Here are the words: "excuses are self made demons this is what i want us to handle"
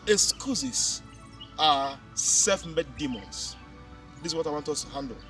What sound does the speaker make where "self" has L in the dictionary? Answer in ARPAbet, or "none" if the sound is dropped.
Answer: none